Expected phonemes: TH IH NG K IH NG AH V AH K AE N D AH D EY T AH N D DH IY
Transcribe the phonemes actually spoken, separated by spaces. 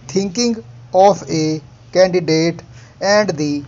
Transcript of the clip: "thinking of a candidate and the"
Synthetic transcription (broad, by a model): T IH NG K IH NG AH P AH K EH N D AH D EY T AH N D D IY